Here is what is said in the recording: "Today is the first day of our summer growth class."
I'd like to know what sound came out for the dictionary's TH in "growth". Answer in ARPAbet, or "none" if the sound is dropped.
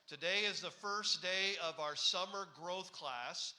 TH